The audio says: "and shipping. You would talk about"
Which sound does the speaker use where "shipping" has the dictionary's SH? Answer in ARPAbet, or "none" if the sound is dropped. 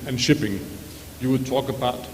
SH